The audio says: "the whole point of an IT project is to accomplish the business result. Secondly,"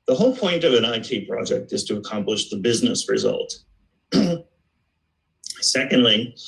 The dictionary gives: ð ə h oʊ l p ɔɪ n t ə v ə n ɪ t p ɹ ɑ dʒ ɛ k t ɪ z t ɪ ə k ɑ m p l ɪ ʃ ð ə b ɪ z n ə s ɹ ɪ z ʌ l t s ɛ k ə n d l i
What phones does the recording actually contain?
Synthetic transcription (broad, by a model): ð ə h oʊ l p ɔɪ n t ə v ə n ɪ t p ɹ ɑ dʒ ɛ k t ɪ z t ɪ ə k ɑ m p l ɪ ʃ ð ə b ɪ z n ə s ɹ ɪ z ʌ l t s ɛ k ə n d l i